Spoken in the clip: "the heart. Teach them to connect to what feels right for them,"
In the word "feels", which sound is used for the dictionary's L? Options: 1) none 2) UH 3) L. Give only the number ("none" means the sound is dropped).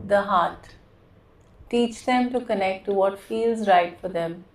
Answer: 3